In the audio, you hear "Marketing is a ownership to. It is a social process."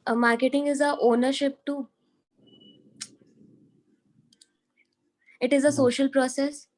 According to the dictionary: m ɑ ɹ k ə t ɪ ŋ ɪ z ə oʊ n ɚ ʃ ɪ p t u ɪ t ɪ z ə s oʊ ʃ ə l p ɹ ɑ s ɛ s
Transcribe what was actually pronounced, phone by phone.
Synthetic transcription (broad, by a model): m ɑ ɹ k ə t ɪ ŋ ɪ z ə oʊ n ɚ ʃ ɪ p t u ɪ t ɪ z ə s oʊ ʃ ə l p ɹ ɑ s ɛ s